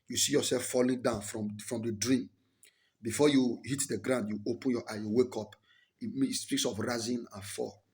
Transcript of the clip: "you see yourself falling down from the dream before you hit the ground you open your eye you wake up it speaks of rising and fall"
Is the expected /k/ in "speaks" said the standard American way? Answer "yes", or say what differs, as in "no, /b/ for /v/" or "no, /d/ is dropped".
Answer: yes